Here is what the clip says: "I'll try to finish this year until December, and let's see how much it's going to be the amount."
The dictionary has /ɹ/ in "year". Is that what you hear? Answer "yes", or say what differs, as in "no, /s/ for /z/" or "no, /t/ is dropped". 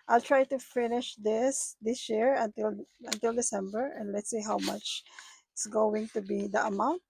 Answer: no, /l/ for /ɹ/